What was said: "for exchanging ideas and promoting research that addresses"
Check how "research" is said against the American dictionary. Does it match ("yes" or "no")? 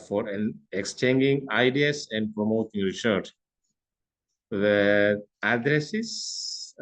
no